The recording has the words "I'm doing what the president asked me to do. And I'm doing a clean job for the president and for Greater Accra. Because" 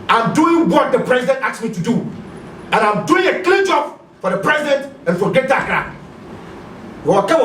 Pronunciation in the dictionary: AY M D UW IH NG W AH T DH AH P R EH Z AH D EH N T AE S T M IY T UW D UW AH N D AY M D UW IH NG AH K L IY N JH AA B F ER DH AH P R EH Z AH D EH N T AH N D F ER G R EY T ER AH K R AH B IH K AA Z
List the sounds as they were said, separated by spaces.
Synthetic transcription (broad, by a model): AY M D UW IH NG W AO T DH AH P R EH Z AH D EH N T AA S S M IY T UW D UW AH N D AY M D UW IH NG AH K L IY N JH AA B F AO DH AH P R EH Z AH D EH N T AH N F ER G EY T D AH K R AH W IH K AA